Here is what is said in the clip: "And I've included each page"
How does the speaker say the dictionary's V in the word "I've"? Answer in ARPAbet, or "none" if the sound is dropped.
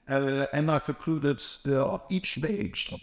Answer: F